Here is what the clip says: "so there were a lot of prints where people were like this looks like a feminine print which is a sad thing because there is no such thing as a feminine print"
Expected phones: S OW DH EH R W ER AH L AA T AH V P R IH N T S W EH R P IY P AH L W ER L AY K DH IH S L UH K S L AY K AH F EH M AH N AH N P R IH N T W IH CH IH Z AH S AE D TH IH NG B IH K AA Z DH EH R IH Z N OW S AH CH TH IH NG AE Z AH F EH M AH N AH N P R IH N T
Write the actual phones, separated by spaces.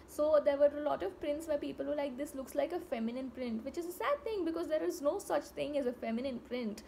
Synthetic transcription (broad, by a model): S OW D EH R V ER AH L AA T AH V P R IH N T S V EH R P IY P AH L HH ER L AY K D IH S L UH K S L AY K AH F EH M AH N AH N P R IH N T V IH CH IH Z AH S AE D T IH NG B IH K AA Z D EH R IH Z N OW S AH CH T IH NG AE Z AH F EH M AH N AH N P R IH N T